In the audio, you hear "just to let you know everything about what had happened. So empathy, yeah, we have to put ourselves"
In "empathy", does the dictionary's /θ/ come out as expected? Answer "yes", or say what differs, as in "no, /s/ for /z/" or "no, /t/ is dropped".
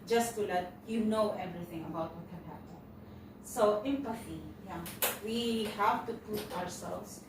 no, /f/ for /θ/